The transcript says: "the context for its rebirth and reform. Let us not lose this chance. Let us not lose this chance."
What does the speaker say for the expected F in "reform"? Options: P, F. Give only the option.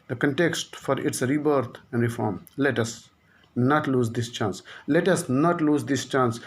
F